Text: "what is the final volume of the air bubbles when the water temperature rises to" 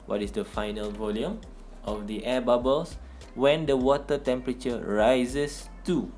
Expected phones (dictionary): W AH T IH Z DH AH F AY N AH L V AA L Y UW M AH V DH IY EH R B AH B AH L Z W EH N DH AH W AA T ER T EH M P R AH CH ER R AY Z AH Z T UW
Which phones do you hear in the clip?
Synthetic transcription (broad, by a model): W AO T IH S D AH F AY N AH L V AA L Y UW M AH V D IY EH B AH B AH L S W EH N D AH W AA T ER T EH M P R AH CH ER R AY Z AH S T UW